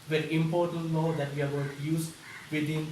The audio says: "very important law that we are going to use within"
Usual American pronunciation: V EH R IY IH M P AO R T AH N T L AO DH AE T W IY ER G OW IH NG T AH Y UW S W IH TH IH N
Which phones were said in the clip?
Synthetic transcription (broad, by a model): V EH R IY IH M P AO R T AH N T N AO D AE T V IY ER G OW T Y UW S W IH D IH N